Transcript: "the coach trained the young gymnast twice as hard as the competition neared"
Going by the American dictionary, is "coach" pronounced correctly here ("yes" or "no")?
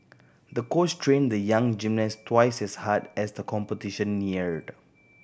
no